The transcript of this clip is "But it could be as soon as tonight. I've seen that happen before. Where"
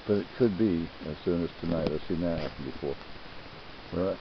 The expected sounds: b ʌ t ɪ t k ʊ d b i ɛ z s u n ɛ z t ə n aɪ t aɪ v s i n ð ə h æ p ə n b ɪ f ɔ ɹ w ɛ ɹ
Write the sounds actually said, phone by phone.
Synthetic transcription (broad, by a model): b ʌ t ɪ t k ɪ d b i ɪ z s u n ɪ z t ə n aɪ t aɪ s i n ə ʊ ə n b ɪ f ɔ ɹ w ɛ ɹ